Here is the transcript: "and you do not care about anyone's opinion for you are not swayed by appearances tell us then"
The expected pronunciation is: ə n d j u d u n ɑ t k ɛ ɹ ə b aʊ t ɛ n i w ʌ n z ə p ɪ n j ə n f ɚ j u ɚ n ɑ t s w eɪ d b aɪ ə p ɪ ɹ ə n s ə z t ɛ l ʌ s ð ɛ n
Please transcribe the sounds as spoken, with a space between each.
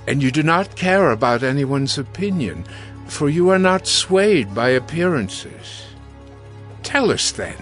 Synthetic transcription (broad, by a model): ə n j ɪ d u n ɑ t k ɛ ɹ ə b aʊ t ɛ n i w ʌ n z ə p ɪ n j ə n f ɚ j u ɚ n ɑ t s w eɪ d b aɪ ə p ɪ ɹ ə n s ə z t ɛ l ʌ s ð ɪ n